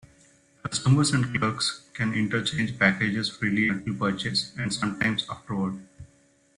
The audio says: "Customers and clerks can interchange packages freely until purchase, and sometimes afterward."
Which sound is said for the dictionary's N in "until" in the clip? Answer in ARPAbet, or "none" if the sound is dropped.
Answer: none